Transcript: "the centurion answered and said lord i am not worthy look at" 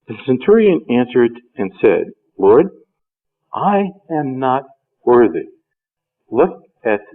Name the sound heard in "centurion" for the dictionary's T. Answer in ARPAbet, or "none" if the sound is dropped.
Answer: T